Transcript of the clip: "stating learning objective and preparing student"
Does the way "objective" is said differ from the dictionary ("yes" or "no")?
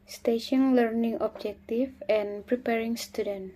yes